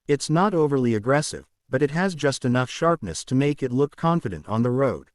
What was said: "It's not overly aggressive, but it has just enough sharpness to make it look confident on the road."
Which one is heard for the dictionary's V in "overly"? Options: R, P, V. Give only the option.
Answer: V